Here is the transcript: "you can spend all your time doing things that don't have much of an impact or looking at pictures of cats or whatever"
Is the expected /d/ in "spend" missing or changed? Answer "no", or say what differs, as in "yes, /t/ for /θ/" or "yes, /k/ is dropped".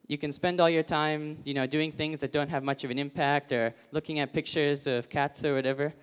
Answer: no